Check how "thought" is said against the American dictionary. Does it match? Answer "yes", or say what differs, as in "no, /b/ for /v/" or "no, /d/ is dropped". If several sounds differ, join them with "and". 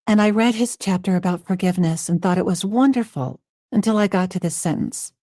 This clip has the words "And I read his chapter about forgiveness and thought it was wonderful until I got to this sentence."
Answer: yes